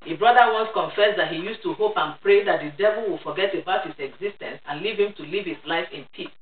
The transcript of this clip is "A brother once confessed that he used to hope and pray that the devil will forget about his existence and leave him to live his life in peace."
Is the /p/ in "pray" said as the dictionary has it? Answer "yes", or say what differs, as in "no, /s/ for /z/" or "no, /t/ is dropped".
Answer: yes